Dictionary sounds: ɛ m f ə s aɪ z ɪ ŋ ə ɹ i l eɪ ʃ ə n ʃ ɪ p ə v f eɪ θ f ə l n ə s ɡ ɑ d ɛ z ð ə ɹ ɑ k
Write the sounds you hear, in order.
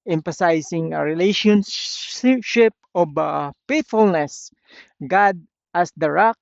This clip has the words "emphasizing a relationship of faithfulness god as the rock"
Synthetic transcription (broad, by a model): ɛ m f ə s aɪ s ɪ ŋ ə ɹ i l eɪ ʃ ə n ʃ ɪ p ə b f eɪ t f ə l n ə s ɡ ɑ d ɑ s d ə ɹ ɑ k